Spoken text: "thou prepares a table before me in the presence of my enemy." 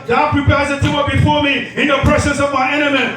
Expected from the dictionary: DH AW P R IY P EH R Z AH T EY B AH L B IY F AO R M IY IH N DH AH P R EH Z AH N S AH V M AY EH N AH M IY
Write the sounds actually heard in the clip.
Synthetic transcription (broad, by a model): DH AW P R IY P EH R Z AH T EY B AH B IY F AO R M IY IH N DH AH P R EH S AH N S AH V M AY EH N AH M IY